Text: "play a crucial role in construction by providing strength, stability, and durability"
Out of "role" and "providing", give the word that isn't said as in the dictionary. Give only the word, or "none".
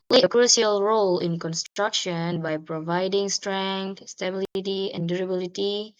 none